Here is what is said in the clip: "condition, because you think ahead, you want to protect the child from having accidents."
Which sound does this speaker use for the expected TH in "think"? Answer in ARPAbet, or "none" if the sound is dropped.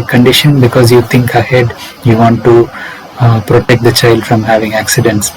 T